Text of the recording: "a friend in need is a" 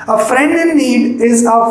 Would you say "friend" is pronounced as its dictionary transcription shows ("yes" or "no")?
yes